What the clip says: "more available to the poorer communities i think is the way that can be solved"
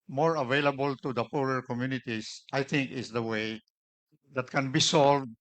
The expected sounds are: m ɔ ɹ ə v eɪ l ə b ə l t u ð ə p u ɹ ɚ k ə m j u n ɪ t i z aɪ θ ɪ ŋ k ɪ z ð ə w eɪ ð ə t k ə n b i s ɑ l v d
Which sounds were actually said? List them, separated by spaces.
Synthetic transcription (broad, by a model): m ɔ ɹ ə v eɪ l ə b ə l t u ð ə p u ɹ ɚ k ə m j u n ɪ t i s aɪ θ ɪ ŋ k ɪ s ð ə w eɪ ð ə t k ə n b i s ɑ l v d